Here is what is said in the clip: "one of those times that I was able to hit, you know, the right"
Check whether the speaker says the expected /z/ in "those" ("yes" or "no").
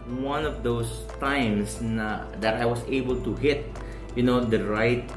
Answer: no